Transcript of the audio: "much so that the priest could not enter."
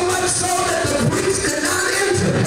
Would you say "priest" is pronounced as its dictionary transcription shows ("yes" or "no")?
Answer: no